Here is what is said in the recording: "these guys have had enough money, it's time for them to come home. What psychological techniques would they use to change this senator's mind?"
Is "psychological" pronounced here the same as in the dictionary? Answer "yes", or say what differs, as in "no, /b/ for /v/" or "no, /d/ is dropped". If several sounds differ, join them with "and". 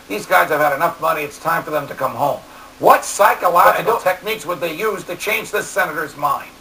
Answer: no, /dʒ/ is dropped